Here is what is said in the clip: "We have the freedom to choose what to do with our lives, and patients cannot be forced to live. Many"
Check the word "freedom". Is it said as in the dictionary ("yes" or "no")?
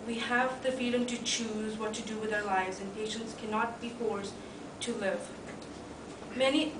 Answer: no